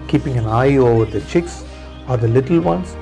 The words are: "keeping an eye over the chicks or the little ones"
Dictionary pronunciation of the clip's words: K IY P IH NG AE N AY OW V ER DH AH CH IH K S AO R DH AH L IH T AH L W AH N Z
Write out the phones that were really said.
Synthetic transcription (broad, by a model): K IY P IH NG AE N AY OW V ER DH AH CH IH K S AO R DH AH L IH T AH L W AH N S